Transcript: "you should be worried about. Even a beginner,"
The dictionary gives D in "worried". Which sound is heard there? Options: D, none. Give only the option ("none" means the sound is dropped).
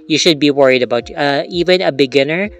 D